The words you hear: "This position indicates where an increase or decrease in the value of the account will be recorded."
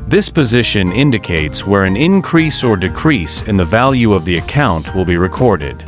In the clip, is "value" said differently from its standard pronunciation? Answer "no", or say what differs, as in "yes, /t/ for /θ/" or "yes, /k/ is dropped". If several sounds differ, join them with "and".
no